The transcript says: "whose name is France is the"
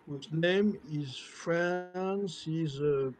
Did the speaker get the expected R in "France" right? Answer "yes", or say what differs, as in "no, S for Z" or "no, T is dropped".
yes